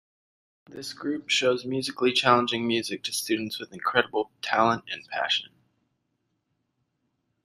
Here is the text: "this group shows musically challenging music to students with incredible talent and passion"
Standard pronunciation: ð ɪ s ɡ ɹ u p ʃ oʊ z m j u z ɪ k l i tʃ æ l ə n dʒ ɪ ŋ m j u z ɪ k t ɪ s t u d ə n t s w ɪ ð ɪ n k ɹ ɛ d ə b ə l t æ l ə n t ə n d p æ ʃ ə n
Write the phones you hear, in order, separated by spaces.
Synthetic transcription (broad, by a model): ð ɪ s ɡ ɹ u p ʃ oʊ z m j u z ɪ k l i tʃ æ l ə n dʒ ɪ ŋ m j u z ɪ k t ɪ s t u d n t s w ɪ ð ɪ n k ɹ ɛ d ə b l t æ l ə n t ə n p æ ʃ ə n